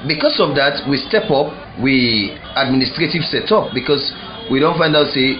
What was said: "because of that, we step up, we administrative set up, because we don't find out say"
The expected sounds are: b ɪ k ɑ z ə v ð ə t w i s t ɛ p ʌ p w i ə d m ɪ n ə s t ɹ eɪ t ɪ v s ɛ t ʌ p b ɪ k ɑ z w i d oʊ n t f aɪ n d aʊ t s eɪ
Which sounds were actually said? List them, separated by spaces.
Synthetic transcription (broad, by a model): b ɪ k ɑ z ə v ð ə t w i s t ɛ p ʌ p w i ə d m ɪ n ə s t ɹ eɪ t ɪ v s ɛ t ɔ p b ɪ k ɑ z w i d oʊ n t f aɪ n d aʊ t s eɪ